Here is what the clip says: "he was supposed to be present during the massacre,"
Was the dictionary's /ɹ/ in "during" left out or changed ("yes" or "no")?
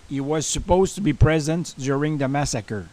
no